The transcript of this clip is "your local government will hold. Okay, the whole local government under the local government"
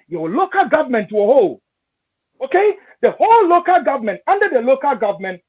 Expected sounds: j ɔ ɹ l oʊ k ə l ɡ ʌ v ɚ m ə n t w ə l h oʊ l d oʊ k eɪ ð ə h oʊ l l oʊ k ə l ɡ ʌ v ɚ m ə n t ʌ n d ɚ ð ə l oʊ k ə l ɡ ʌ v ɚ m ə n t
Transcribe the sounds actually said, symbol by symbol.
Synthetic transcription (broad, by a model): j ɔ l oʊ k ə l ɡ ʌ v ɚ m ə n t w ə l h oʊ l oʊ k eɪ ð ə h oʊ l l oʊ k ə l ɡ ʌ v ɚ m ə n t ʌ n d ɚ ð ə l oʊ k ə l ɡ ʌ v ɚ m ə n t